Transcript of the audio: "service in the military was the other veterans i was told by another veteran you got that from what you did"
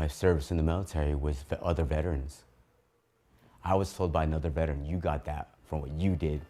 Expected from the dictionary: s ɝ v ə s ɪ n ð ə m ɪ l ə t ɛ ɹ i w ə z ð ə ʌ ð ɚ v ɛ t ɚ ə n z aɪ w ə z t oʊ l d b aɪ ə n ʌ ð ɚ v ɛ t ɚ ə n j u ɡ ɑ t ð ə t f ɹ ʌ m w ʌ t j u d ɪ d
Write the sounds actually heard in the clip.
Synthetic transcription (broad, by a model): s ɝ v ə s ɪ n ð ə m ɪ l ə t ɛ ɹ i w ə z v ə ʌ ð ɚ v ɛ t ɚ ə n z aɪ w ə z t oʊ l d b aɪ ə n ʌ ð ɚ v ɛ t ɚ ə n j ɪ ɡ ɑ t ð ə t f ɹ ʌ m w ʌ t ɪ d ɪ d